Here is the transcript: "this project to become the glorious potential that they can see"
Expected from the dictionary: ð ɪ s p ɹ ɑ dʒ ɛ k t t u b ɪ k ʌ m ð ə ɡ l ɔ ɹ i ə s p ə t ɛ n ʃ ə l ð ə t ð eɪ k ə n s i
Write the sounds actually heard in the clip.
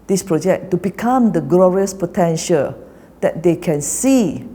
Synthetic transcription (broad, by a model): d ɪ s p ɹ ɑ dʒ ɛ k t t u b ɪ k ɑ m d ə ɡ l ɔ ɹ i ə s p ə t ɛ n ʃ ə l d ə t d eɪ k ə n s i